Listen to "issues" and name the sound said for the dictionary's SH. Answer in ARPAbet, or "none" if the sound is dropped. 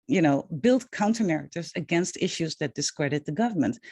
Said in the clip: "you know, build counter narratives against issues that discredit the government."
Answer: SH